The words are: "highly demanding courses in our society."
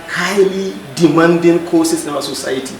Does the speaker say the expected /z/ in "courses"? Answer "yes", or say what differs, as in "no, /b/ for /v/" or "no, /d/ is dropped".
no, /s/ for /z/